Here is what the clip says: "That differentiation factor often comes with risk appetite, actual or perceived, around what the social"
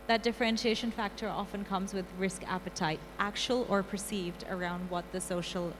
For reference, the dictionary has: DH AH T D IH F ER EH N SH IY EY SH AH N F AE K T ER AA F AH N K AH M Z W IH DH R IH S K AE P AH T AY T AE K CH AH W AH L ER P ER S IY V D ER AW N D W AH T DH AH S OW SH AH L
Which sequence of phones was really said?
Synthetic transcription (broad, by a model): DH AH T D IH F ER EH N SH IY EY SH AH N F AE K T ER AA F AH N K AH M Z W IH DH R IH S K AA P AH T AY T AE K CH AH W AH L ER P ER S IY V D ER AW N D W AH T DH AH S OW SH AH L